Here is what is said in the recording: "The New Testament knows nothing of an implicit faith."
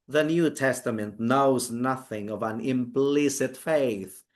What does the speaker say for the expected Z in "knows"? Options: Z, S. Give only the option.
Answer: Z